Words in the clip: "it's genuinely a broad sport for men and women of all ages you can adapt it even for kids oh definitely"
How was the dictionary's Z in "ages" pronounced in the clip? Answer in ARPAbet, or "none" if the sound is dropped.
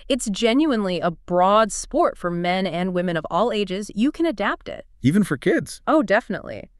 Z